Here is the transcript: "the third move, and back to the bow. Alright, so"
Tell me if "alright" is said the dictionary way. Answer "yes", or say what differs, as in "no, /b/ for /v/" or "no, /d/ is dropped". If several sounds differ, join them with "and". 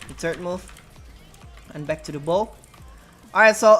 no, /l/ is dropped